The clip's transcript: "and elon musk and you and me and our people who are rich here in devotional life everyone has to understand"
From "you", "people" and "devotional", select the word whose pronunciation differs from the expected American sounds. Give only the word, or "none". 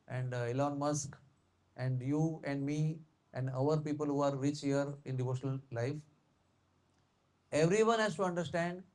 none